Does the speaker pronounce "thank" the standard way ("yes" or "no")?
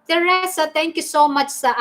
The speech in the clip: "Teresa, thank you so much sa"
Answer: no